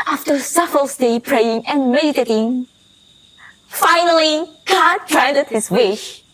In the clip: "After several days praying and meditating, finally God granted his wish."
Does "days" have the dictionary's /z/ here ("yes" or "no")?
no